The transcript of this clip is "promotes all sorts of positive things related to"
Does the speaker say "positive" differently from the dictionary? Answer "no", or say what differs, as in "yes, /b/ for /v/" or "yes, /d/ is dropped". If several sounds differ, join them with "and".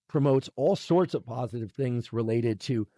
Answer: no